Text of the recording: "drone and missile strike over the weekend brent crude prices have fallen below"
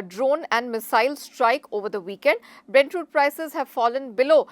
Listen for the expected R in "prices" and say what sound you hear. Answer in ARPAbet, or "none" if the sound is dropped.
R